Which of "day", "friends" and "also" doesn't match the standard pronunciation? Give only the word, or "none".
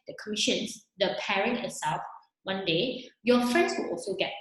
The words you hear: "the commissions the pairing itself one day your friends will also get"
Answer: friends